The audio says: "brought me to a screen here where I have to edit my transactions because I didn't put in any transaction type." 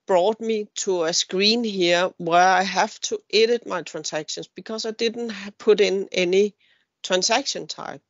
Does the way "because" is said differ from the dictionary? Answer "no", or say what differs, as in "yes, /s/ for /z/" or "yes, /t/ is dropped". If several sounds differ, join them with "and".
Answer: yes, /s/ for /z/